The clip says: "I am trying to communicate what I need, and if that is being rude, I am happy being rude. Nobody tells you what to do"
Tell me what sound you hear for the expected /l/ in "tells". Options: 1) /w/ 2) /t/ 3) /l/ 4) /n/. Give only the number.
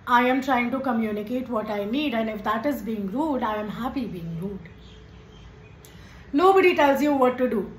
3